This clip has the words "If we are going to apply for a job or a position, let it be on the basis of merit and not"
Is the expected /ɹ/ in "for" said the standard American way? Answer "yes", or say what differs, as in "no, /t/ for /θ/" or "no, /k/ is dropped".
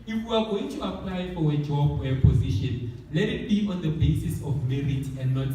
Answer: no, /w/ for /ɹ/